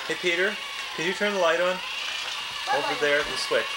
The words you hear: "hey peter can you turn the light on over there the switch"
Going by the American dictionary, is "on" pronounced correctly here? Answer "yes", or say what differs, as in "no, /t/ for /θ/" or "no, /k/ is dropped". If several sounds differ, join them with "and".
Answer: yes